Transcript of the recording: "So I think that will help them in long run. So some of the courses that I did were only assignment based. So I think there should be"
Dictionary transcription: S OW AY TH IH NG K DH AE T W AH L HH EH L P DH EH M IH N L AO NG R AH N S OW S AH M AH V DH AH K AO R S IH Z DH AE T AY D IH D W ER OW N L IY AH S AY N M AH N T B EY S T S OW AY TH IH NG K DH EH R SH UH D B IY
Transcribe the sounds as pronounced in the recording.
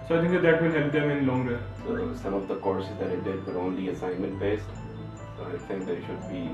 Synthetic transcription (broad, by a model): S OW AY T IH NG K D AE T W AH N HH EH L P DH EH M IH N L AO NG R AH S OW S AH M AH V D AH K AO R S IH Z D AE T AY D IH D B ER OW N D IY AH S AY N M AH N T B EY S T AY T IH NG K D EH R SH UH D B IY